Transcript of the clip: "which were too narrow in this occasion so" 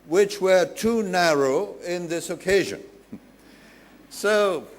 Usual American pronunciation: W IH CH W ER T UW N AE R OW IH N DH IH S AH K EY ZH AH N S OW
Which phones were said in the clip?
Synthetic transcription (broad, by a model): W IH CH W ER T UW N AE R OW IH N DH IH S AH K EY ZH AH N S OW